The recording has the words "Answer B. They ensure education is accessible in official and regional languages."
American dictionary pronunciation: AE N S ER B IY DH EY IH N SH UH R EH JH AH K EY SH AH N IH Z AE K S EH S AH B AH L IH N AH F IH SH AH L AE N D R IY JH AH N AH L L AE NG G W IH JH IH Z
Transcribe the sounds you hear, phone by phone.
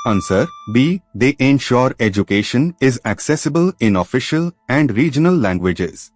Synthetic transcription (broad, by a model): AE N S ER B IY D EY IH N SH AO R EH JH AH K EY SH AH N IH Z AE K S EH S AH B AH L IH N AH F IH SH AH L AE N D R IY JH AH N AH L L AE NG G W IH JH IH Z